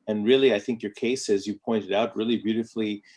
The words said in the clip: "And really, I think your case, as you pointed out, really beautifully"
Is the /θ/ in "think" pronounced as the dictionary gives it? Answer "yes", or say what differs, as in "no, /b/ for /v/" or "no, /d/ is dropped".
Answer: yes